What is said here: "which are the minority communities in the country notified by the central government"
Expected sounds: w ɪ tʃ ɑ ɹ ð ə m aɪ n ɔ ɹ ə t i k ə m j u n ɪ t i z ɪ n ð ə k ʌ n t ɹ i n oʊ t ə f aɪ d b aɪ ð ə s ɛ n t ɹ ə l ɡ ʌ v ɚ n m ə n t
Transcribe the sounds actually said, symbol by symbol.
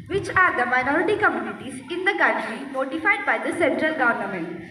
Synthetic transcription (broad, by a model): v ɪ tʃ ɑ ɹ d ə m aɪ n ɔ ɹ ə t i k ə m j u n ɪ t i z ɪ n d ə k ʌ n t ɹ i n oʊ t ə f aɪ d b aɪ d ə s ɛ n t ɹ ə l ɡ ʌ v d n m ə n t